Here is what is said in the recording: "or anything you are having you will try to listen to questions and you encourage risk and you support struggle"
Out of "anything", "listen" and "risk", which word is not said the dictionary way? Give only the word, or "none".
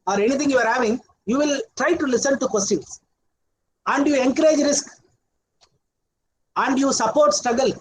anything